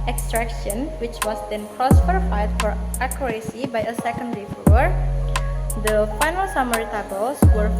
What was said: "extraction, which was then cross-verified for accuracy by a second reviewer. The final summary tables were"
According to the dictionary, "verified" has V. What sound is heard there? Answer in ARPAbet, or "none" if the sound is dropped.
F